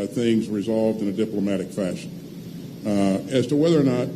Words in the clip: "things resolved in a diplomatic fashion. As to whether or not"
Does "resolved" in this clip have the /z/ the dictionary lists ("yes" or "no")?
yes